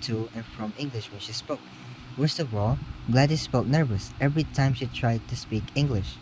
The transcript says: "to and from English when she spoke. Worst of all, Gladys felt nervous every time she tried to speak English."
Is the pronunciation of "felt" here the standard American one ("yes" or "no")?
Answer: no